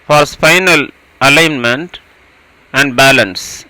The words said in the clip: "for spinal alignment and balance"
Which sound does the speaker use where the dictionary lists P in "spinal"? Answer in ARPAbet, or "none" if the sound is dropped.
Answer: F